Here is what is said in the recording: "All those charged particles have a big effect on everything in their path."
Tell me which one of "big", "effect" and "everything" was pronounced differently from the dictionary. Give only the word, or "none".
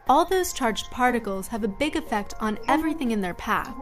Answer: none